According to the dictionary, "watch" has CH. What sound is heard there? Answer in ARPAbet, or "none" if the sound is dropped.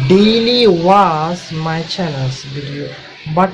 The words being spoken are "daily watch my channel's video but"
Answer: S